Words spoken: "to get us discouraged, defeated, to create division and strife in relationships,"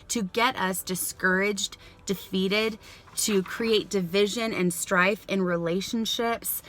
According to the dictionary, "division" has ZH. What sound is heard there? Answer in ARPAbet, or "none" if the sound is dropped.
ZH